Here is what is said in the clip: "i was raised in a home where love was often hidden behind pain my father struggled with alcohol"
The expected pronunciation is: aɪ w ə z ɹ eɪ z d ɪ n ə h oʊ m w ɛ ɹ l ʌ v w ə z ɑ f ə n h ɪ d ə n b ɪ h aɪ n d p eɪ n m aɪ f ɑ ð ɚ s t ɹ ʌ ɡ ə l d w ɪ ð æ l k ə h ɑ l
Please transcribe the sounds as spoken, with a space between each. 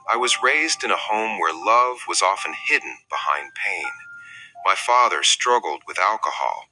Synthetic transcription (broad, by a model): aɪ w ə z ɹ eɪ z d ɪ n ə h oʊ m w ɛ ɹ l ʌ v w ə z ɑ f ə n h ɪ d n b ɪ h aɪ n p eɪ n m aɪ f ɑ ð ɚ s t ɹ ʌ ɡ l d w ɪ ð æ l k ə h ɑ l